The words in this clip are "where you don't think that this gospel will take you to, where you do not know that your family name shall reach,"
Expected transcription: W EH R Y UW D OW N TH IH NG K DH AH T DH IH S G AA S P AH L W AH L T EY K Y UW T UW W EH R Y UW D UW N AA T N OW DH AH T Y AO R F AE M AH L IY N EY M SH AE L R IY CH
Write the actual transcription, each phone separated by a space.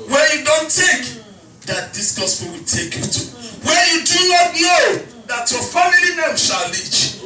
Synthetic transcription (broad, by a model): W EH Y UW D OW N T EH K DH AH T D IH S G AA S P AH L W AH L T EY K Y UW T UW W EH Y UW D UW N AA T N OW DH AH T Y AO F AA M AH L IY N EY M SH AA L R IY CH